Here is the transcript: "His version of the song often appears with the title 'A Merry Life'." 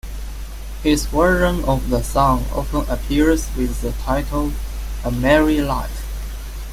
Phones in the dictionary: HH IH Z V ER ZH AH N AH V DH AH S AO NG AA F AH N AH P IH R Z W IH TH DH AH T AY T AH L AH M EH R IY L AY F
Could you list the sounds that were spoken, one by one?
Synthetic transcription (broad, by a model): HH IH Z W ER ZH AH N AH V DH AH S AO NG AA F AH N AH P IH R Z W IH DH AH T AY T AH L AH M EH R IY L AY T